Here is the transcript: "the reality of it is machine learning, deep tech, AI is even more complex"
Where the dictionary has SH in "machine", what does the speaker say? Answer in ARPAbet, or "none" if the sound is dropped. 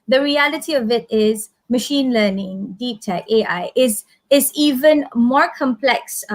SH